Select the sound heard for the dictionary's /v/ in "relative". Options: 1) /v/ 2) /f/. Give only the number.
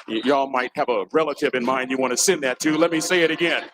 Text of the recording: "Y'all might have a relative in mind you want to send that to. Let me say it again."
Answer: 1